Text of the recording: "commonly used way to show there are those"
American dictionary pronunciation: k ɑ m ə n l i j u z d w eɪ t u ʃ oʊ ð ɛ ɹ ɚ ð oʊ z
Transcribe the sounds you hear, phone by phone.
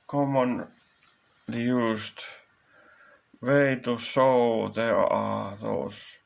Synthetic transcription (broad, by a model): k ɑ m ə n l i j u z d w eɪ t u s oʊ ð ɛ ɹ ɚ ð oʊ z